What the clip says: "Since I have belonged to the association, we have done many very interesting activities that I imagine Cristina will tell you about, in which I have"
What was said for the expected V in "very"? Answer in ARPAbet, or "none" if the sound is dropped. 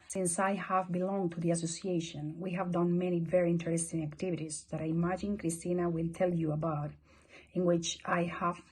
V